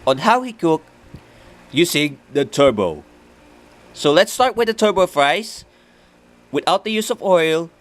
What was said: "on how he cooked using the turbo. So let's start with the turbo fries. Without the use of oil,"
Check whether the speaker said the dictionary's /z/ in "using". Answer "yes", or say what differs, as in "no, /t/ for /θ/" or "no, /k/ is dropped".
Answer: no, /s/ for /z/